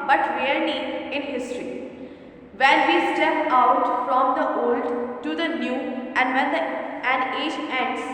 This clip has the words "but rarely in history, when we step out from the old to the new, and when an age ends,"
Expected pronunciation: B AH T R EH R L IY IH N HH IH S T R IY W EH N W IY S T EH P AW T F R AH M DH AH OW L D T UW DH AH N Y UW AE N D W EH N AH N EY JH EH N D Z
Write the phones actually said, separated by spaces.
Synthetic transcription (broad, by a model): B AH T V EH R N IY IH N HH IH S T R IY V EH N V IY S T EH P AW T F R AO M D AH OW L D T UW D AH N Y UW AE N D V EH N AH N EY JH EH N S